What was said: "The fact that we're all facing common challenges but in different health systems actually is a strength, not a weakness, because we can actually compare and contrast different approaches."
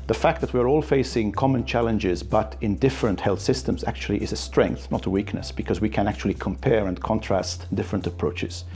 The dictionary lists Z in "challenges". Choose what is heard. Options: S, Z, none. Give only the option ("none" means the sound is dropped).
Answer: Z